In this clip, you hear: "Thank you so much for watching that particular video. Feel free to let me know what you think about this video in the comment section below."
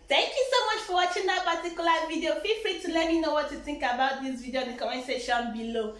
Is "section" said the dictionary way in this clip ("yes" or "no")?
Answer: no